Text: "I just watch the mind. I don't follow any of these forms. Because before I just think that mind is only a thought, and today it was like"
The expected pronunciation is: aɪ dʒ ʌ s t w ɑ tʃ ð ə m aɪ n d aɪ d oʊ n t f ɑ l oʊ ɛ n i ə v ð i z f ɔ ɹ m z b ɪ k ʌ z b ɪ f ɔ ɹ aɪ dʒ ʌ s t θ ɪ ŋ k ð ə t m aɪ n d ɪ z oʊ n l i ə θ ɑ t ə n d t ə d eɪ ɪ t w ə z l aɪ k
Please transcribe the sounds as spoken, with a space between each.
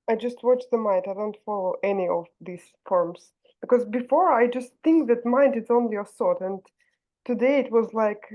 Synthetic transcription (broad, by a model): aɪ dʒ ʌ s t w ɑ tʃ ð ə m aɪ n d aɪ d oʊ n t f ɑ l oʊ ɛ n i ə v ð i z f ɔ ɹ m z b ɪ k ʌ z b ɪ f ɔ ɹ aɪ dʒ ʌ s t θ ɪ ŋ k ð ə t m aɪ n d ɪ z oʊ n l i ə s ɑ t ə n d t ə d eɪ ɪ t w ə z l aɪ k